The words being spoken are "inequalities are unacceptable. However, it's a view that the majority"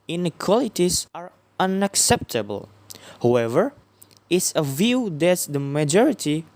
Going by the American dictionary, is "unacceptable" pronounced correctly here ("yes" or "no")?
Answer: yes